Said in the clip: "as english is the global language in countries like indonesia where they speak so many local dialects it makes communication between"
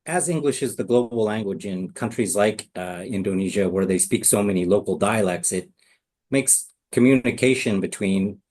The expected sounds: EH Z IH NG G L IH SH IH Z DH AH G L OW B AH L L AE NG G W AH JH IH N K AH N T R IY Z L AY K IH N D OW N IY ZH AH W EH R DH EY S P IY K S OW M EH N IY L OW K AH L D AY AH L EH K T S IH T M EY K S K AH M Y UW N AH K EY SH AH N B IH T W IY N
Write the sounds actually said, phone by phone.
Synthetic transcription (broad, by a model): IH Z IH NG G L IH SH IH Z DH AH G L OW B L L AE NG G W AH JH IH N K AH N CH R IY Z L AY K IH N D OW N IY ZH AH W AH R DH EY S P IY K S OW M EH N IY L OW K L D AY AH L EH K T S IH T M EY K S K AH M Y UW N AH K EY SH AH N B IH T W IY N